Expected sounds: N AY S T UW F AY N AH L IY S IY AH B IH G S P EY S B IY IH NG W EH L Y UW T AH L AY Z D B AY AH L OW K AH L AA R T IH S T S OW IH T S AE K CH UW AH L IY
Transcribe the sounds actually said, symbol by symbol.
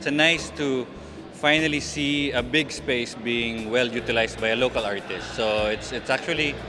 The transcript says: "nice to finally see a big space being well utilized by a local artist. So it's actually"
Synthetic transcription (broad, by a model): N AY S T UW F AY N AH L IY S IY AH B IH G S P EY S B IY IH NG W EH L Y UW T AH L AY S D B AY AH L OW K AH L AA R T IH S T S OW IH T S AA K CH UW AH L IY